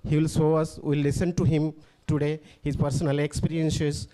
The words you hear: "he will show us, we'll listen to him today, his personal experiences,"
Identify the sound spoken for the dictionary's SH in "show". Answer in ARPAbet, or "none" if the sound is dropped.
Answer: S